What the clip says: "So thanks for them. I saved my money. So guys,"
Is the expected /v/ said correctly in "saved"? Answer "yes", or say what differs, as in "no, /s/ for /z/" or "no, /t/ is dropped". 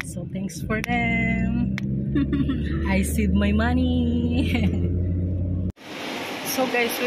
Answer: no, /v/ is dropped